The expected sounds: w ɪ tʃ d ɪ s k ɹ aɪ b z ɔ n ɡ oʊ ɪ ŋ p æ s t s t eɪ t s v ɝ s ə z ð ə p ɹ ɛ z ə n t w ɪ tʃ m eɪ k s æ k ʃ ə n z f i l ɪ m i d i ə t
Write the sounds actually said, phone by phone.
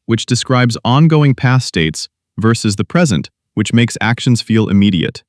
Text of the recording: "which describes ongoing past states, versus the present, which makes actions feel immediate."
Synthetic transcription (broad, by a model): w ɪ tʃ d ɪ s k ɹ aɪ b z ɔ n ɡ oʊ ɪ ŋ p æ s s t eɪ t s v ɝ s ə z ð ə p ɹ ɛ z ə n t w ɪ tʃ m eɪ k s æ k ʃ ə n z f i l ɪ m i d i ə t